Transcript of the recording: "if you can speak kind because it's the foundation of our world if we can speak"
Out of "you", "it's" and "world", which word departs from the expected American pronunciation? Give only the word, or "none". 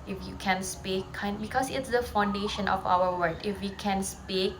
world